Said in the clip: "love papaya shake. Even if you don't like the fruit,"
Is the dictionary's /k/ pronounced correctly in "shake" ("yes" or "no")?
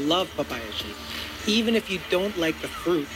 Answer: no